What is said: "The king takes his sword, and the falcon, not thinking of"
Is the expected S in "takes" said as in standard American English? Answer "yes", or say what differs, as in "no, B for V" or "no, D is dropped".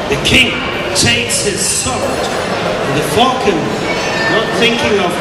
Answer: yes